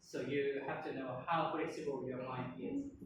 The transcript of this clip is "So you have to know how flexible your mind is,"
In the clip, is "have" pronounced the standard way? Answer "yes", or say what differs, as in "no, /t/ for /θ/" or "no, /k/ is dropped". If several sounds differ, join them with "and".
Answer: no, /f/ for /v/